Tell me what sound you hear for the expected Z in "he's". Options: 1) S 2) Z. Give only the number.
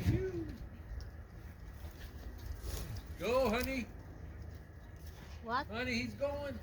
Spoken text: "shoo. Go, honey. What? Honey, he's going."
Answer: 2